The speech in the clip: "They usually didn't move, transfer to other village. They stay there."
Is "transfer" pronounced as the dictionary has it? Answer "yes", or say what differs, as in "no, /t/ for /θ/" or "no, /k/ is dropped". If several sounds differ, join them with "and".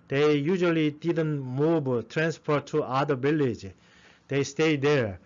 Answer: no, /p/ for /f/